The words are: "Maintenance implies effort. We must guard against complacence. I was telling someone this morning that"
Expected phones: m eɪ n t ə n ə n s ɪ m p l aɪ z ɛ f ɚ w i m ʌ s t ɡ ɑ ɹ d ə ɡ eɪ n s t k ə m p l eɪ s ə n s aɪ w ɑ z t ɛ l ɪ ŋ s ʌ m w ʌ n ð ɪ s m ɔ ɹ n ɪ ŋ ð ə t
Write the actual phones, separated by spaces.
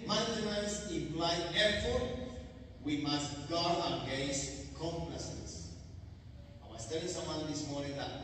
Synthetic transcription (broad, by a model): m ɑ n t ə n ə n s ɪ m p l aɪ ɛ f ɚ w i m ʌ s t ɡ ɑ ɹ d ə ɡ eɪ s k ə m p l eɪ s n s aɪ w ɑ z t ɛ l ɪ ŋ s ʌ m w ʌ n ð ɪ s m ɔ ɹ n ɪ ŋ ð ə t